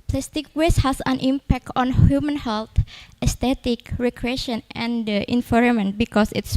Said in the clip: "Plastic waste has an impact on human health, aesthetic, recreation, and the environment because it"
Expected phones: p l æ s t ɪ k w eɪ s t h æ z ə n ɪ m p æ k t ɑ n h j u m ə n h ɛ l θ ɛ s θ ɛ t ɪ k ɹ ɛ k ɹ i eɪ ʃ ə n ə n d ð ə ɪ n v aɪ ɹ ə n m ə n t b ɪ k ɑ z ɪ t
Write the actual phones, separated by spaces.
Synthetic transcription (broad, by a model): p l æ s t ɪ k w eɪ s h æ s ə n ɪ m p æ k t ɑ n h j u m ə n h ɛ l t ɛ s t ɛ t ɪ k ɹ ɛ k ɹ i eɪ ʃ ə n ə n d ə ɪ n f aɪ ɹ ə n m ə n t b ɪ k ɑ s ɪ t